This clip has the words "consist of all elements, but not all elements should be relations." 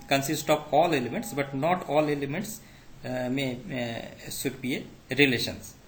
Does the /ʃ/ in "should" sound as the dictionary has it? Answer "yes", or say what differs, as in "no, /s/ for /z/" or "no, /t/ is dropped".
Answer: no, /s/ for /ʃ/